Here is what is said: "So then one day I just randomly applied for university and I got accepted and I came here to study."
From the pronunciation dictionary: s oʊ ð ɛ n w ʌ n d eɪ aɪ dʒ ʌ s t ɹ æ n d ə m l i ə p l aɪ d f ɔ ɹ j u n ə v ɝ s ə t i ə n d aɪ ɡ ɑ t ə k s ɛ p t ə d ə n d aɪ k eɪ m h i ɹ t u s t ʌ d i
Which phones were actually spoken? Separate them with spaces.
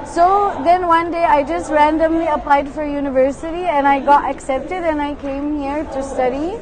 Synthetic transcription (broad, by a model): s oʊ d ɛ n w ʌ n d eɪ aɪ dʒ ʌ s t ɹ æ n d ə m l i ə p l aɪ d f ɔ ɹ j u n ə v ɝ s ə t i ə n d aɪ ɡ ɑ t ə k s ɛ p t ə d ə n aɪ k eɪ m h i ɹ t u s t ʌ d i